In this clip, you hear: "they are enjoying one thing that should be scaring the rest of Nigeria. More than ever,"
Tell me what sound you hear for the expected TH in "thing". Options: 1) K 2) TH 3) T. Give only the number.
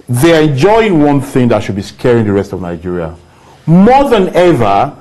2